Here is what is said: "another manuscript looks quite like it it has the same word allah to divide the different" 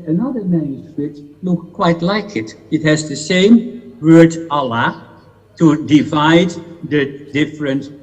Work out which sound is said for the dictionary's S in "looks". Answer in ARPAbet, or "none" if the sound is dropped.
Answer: none